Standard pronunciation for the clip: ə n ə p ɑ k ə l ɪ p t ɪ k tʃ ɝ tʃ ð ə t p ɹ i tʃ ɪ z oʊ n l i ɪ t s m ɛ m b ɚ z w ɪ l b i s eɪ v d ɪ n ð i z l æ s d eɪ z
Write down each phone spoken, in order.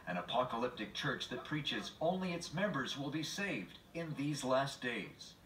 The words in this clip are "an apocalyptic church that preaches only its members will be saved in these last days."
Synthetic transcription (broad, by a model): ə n ə p ɑ k ə l ɪ p t ɪ k tʃ ɝ tʃ ð ə t p ɹ i tʃ ɪ z oʊ n l i ɪ t s m ɛ m b ɚ z w ɪ l b i s eɪ v d ɪ n ð i z l æ s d eɪ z